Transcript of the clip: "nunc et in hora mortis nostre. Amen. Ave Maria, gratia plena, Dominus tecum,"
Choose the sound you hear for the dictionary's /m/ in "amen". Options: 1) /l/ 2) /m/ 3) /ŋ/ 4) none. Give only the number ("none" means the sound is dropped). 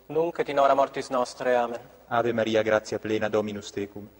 2